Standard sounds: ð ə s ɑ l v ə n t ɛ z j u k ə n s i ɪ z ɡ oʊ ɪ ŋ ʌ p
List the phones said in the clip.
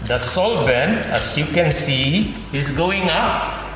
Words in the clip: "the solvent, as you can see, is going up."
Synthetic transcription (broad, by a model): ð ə s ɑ l b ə n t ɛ s j u k ə n s i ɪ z ɡ oʊ ɪ ŋ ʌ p